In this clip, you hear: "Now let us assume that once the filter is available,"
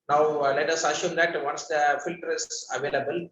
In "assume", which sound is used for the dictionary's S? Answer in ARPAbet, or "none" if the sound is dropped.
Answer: SH